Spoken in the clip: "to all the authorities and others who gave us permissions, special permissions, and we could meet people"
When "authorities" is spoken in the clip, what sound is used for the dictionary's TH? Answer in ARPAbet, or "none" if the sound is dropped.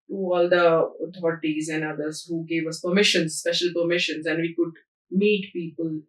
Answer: T